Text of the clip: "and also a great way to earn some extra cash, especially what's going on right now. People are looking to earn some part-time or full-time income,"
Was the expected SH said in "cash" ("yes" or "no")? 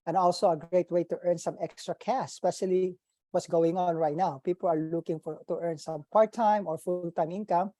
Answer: no